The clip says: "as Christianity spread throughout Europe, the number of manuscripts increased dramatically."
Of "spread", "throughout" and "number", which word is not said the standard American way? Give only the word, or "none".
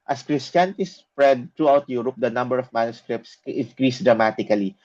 throughout